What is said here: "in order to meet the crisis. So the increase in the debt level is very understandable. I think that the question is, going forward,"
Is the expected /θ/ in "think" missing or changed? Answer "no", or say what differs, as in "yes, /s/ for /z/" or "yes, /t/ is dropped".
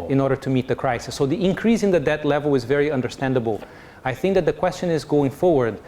no